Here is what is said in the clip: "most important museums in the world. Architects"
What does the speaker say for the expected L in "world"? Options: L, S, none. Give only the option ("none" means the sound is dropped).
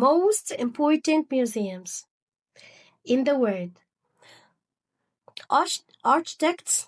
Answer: none